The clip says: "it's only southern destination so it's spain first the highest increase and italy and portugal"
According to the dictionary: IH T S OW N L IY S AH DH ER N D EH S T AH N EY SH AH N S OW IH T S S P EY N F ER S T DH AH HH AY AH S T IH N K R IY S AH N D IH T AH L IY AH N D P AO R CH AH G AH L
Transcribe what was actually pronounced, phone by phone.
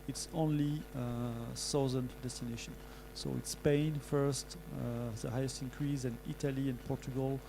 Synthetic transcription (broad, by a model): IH T S OW N L IY S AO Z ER N D EH S T AH N EY SH AH N S OW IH T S S P EY N F ER S T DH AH HH AY AH S T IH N K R IY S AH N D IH T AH L IY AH N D P AO R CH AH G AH L